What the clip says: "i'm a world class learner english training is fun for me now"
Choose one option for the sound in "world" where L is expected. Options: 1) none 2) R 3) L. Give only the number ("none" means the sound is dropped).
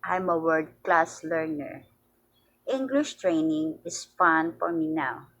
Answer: 1